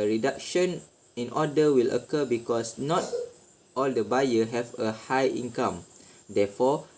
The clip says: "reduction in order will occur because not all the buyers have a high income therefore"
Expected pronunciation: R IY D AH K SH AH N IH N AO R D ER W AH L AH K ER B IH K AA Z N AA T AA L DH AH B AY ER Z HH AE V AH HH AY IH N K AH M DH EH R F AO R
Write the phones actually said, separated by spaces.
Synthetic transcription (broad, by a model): R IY D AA K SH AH N IH N AO D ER W AH L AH K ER B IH K AA S N AA T AA L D AH B AY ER HH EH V AH HH AY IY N K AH M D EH F AO